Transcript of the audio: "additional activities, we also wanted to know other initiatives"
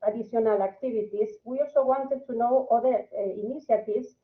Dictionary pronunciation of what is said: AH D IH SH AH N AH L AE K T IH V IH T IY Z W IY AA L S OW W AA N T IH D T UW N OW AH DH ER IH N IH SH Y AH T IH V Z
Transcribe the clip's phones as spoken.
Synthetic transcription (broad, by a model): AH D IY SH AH N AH L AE K T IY B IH T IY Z W IY AA L S OW W AA N T IH D T UW N OW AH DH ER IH N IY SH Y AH T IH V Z